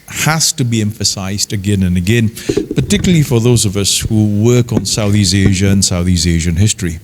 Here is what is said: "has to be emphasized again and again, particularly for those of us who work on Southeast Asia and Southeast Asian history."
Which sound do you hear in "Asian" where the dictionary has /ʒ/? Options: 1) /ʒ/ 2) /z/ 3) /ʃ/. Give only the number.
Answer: 1